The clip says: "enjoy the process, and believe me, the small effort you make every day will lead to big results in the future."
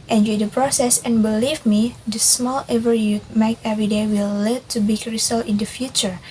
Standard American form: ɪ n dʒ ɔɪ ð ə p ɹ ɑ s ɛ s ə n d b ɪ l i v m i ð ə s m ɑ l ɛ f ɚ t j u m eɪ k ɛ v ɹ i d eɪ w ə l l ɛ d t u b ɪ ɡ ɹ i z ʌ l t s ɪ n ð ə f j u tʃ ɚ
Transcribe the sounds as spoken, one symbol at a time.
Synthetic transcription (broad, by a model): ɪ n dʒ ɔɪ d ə p ɹ ɑ s ɛ s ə n b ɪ l i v m i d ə s m ɑ l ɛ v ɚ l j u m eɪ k ɛ v ɹ i d eɪ w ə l l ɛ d t u b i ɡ ɹ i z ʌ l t ɪ n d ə f j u tʃ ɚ